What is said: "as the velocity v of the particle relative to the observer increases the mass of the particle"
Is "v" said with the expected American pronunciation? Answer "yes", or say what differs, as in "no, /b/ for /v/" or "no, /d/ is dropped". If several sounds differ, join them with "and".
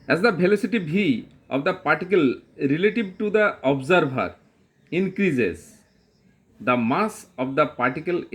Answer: no, /b/ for /v/